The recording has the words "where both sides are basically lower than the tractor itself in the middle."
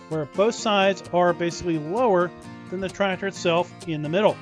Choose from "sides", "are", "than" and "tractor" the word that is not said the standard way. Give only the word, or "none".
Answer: none